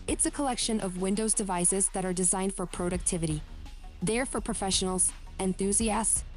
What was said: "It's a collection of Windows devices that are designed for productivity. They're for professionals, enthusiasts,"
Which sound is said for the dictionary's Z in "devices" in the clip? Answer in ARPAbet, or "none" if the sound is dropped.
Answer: Z